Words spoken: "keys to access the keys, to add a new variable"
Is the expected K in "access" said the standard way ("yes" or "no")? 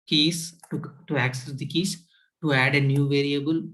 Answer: yes